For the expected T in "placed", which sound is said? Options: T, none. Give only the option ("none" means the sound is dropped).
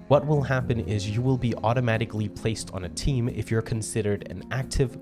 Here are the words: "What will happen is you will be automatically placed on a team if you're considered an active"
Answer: T